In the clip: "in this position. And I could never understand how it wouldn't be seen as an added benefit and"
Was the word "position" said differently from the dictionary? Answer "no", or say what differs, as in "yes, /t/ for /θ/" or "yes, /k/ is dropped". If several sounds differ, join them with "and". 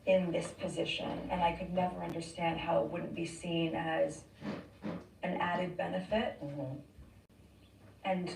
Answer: no